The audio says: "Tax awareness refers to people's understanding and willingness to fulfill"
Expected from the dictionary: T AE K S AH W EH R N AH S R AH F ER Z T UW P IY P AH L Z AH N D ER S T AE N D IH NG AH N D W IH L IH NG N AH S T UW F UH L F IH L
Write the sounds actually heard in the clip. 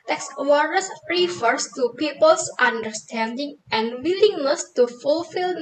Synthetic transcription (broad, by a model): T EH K S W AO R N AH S R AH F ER S T UW P IY P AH L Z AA N D ER S T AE N D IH NG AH N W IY L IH NG L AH S T UW F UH L F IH L